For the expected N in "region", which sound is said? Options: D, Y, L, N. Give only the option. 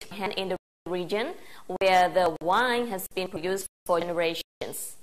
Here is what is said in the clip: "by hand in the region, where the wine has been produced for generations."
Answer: N